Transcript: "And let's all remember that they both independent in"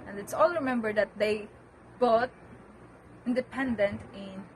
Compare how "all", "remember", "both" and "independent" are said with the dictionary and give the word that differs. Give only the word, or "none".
both